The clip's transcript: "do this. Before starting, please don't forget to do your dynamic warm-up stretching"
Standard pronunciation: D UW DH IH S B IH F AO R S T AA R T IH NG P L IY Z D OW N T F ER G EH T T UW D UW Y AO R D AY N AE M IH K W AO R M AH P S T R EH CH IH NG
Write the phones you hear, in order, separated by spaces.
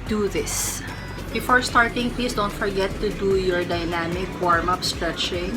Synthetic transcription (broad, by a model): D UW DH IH S B IH F AO R S T AA R T IH NG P IY S D OW N T F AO G EH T T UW D UW Y AO R D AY N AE M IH K W AO R M AH P S T R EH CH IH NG